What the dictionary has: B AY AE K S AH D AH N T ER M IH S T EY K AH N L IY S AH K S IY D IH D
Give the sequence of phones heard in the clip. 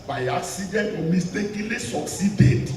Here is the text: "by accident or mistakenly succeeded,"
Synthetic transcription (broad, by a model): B AY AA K S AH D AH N AO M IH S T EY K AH L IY S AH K S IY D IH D